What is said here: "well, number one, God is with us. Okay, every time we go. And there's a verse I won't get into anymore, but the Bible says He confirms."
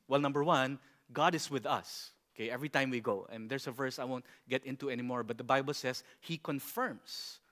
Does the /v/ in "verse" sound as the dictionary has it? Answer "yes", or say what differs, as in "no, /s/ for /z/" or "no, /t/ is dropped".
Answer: yes